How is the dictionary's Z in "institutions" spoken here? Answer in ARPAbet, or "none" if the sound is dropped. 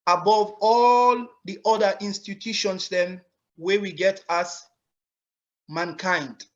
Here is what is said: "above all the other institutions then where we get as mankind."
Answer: S